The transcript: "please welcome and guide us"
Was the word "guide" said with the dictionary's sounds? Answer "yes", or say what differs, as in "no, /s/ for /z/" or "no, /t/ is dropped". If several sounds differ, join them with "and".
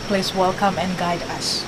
yes